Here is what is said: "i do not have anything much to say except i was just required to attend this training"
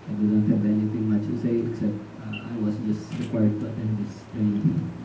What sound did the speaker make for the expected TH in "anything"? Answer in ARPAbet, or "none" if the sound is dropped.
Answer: T